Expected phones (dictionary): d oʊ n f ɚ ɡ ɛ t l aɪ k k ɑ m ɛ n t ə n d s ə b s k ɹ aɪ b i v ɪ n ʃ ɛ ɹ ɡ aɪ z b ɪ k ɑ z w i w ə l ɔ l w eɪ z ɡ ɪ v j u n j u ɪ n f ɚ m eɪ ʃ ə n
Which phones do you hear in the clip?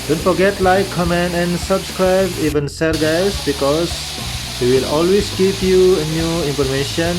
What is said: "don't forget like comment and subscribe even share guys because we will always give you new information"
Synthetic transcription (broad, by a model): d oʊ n f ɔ ɡ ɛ t l aɪ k k ɑ m ɛ n t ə n s ə b s k ɹ aɪ b i v ɪ n s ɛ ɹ ɡ aɪ s b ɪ k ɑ s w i w ə l ɔ l w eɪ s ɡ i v j u n j u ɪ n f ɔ m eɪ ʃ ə n